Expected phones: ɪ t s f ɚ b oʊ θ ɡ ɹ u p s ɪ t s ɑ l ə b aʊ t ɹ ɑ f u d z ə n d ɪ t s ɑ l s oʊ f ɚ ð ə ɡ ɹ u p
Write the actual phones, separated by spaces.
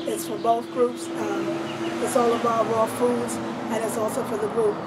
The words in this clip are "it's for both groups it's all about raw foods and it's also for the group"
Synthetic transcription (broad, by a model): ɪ t s f ɚ b oʊ θ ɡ ɹ u p s ɪ t s ɑ l ə b aʊ t w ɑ f u d z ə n ɪ t s ɑ l s oʊ f ɚ ð ə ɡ ɹ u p